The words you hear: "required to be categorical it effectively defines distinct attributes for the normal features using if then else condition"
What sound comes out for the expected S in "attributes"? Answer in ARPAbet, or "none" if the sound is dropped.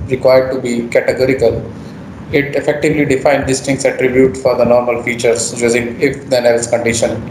none